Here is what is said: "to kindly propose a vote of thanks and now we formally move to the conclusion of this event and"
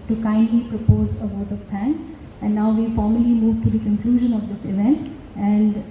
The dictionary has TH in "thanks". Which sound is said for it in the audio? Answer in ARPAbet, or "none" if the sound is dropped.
F